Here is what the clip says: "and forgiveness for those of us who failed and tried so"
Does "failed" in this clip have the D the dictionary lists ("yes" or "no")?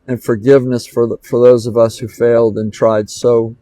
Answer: yes